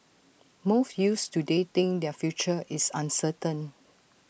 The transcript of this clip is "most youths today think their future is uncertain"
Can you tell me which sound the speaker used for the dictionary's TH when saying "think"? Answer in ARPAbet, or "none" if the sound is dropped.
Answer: T